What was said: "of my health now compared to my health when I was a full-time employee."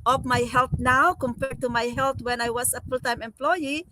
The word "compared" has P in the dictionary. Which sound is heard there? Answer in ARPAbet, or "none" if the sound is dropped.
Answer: P